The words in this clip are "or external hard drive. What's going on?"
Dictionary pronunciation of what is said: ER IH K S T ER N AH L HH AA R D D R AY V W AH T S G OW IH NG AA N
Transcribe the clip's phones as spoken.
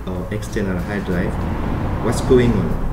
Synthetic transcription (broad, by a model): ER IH K S T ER N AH L HH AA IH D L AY F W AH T S G OW IH NG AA N